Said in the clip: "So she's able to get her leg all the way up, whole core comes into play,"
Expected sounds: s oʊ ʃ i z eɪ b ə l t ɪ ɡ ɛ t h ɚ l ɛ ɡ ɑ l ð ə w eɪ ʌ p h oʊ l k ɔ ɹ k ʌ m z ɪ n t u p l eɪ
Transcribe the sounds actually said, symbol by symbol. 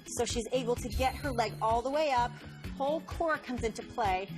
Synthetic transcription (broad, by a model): s oʊ ʃ i z eɪ b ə l t ɪ ɡ ɛ t h ɚ l ɛ ɡ ɑ l ð ə w eɪ ʌ p h oʊ l k ɔ ɹ k ʌ m z ɪ n t u p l eɪ